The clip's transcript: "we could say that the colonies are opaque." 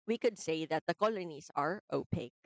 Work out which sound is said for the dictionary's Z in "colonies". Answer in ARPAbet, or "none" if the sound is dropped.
S